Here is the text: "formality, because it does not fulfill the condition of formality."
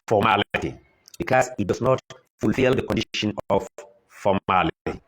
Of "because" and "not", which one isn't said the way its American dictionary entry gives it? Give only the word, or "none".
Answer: because